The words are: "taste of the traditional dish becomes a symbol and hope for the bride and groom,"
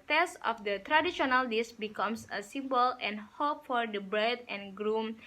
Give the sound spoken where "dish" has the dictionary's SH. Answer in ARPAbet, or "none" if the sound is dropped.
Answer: S